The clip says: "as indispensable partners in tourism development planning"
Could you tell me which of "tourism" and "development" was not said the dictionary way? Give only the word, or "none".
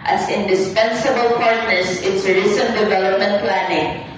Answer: tourism